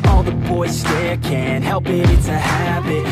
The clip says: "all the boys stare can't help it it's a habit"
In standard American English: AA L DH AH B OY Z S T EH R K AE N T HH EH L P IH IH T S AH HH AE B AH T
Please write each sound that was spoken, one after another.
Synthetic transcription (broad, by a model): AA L DH AH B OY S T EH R K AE N HH EH L P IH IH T AH HH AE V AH T